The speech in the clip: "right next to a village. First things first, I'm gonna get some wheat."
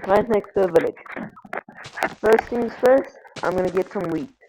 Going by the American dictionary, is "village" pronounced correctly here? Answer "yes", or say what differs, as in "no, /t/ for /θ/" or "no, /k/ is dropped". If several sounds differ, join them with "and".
yes